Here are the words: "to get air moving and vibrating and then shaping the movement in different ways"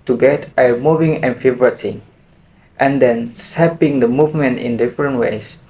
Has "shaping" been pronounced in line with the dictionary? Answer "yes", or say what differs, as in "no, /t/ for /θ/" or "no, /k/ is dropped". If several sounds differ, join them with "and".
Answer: no, /s/ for /ʃ/